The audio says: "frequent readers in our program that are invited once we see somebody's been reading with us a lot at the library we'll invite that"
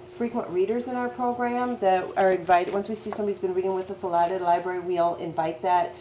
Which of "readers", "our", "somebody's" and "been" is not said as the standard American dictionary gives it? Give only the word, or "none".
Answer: none